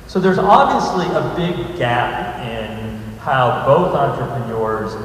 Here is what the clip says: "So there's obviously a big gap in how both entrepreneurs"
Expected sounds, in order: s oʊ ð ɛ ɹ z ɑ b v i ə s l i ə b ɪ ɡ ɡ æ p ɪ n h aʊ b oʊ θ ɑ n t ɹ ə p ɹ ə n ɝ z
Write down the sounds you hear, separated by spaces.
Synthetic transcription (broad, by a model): s oʊ ð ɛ ɹ z ɑ b v i ə s l i ə b ɪ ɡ ɡ æ p ɪ n h aʊ b oʊ θ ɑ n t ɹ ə p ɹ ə n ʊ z